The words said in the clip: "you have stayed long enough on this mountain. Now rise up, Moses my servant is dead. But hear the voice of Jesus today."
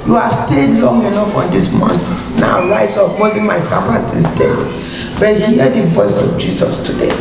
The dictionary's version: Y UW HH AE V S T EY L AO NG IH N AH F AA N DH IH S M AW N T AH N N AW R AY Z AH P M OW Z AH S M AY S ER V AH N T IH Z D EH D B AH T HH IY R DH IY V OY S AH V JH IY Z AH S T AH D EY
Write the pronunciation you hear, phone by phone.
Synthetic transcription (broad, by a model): Y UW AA S T EY L AO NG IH N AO F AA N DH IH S M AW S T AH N N AW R AY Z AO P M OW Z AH M AY S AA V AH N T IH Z D EH D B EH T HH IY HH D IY V OY S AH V JH IY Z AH S T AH D EY